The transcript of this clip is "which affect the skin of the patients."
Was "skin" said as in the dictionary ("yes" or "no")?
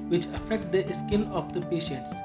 no